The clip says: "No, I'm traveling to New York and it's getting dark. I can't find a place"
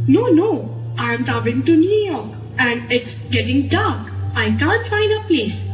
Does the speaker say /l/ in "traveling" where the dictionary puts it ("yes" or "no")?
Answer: no